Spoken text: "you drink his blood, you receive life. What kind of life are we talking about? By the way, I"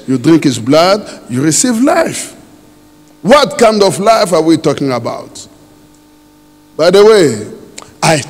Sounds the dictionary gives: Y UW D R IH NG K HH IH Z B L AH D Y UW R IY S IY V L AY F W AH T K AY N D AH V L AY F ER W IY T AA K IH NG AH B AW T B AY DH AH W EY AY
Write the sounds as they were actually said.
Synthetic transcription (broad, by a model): Y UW D R IH NG K HH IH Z B L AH D Y UW R IY S IY V L AY F W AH T K AY N D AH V L AY F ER W IY T AA K IH NG AH B AW T B AY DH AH W EY AY